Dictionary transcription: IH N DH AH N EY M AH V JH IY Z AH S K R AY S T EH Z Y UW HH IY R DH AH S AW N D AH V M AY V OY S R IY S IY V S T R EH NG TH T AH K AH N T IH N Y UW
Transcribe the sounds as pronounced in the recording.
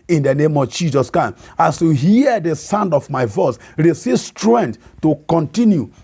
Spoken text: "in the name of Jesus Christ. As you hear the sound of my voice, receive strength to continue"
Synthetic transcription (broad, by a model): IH N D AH N EY M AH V JH IY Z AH S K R AY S AA S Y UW HH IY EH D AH S AW N D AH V M AY V OY S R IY S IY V S T R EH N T T AH K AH N T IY N Y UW